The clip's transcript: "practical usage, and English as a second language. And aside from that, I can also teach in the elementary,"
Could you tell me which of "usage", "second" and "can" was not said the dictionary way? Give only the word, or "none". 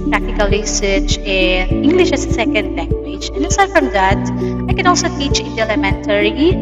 usage